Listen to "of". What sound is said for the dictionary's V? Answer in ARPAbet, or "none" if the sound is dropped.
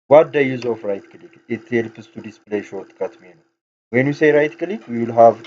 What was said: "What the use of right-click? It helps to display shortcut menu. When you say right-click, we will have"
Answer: F